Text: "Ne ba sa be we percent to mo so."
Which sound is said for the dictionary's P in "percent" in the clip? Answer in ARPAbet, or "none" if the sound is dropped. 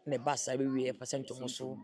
F